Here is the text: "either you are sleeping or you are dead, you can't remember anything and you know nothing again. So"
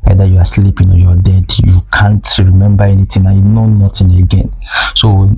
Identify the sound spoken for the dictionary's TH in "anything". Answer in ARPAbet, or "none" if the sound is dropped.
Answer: T